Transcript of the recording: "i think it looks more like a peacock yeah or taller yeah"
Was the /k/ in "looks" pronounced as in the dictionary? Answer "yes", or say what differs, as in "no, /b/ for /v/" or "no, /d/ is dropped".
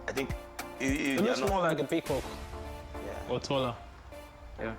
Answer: no, /k/ is dropped